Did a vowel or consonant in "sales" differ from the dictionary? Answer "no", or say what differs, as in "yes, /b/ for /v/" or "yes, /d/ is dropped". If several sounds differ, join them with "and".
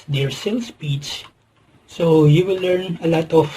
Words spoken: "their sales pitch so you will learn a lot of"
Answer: yes, /s/ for /z/